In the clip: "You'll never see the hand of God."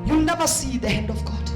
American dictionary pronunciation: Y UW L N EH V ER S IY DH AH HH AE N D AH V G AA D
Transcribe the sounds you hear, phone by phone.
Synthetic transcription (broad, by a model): Y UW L N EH V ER S IY DH AH HH AE N D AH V G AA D